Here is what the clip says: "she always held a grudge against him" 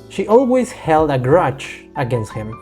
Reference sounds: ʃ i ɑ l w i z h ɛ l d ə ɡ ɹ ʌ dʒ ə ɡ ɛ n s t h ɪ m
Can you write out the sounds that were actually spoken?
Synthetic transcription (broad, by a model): ʃ i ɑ l w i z h ɛ l d ə ɡ ɹ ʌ tʃ ə ɡ ɛ n s t h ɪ m